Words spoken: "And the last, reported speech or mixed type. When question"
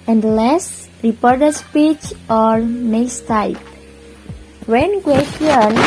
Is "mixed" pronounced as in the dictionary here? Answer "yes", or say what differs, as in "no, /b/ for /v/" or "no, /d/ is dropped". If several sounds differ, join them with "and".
no, /k/ is dropped